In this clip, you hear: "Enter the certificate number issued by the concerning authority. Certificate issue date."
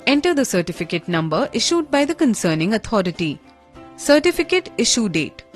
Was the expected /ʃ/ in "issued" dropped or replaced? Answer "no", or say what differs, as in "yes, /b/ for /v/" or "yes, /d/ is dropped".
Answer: no